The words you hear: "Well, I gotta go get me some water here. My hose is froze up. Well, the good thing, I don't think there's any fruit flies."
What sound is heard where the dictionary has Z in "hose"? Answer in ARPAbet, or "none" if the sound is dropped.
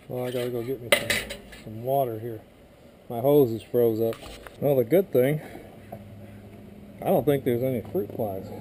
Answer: Z